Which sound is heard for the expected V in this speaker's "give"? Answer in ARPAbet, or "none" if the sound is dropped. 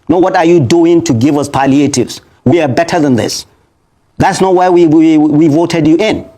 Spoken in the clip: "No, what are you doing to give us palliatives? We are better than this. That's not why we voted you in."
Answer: V